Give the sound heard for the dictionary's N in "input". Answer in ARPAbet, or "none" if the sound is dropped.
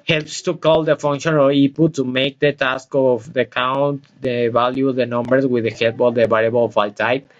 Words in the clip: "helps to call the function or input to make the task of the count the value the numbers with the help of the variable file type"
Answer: none